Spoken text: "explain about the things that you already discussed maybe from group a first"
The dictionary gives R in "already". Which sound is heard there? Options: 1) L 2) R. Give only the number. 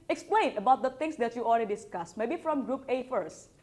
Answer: 1